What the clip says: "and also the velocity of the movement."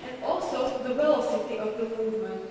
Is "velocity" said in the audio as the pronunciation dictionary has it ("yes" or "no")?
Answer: no